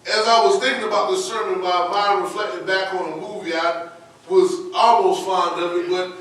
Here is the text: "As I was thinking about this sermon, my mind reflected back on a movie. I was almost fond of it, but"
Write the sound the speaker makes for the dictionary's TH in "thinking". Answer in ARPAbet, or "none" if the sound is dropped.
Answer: TH